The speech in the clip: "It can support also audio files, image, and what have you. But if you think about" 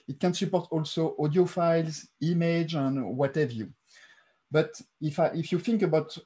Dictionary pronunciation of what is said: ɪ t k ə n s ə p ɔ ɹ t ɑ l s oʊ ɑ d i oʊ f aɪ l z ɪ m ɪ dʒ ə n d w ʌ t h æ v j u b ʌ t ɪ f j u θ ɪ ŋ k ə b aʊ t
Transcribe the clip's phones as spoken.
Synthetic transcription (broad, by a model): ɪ t k ə n s ə p ɔ ɹ t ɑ l s oʊ ɑ d i oʊ f aɪ l z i m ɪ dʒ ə n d w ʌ t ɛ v j u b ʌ t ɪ f j u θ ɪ ŋ k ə b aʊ t